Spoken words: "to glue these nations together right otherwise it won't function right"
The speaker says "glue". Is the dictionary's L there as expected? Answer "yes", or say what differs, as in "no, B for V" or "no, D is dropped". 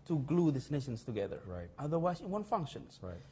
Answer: yes